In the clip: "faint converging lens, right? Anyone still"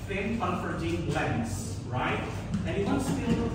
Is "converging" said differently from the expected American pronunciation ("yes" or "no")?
yes